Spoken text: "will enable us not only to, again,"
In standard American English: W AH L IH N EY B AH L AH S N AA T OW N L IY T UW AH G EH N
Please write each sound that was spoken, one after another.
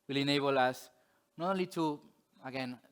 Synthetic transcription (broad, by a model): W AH L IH N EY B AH L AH S N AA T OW L IY T UW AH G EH N